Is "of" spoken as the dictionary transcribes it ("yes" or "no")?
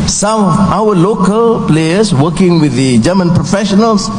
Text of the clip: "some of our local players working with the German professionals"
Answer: no